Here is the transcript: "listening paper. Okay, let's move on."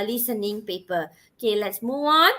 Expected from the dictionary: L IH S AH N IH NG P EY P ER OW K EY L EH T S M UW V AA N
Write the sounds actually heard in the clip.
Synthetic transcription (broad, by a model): L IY S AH N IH NG P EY P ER OW K EY L EH T S M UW AA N